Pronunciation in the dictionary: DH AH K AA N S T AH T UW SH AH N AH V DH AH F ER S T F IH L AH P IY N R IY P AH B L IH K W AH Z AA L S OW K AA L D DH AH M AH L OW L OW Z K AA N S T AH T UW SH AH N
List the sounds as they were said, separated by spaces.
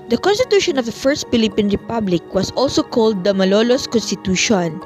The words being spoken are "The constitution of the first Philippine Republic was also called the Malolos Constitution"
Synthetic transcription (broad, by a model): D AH K AA N S T AH T UW SH AH N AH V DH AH F ER S T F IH L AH P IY N R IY P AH B L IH K W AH S AA L S OW K AA L D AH M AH L OW L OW S K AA N S T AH T UW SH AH N